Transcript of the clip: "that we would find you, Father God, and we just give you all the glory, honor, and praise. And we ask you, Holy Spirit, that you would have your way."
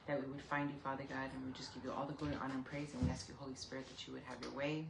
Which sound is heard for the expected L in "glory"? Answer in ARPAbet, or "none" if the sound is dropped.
none